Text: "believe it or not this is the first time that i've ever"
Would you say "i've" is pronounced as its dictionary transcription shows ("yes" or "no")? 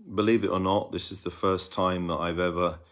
yes